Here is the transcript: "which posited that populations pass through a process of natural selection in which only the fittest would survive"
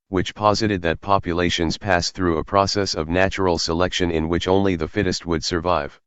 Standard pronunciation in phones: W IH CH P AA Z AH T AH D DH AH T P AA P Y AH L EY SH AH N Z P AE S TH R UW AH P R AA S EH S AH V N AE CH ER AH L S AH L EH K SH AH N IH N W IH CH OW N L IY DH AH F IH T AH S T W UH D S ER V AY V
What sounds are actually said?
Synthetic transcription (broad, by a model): W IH CH P AA Z AH T AH D DH AH T P AA P Y AH L EY SH AH N Z P AE S TH R UW AH P R AA S EH S AH V N AE CH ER L S AH L EH K SH AH N IH N W IH CH OW N L IY DH AH F IH T AH S T W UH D S ER V AY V